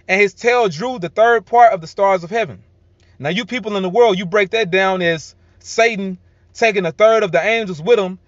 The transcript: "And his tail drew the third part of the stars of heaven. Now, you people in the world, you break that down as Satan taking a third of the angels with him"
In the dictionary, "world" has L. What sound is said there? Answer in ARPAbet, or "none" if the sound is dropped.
L